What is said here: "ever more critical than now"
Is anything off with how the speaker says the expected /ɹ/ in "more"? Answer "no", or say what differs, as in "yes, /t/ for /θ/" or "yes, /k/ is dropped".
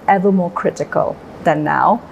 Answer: no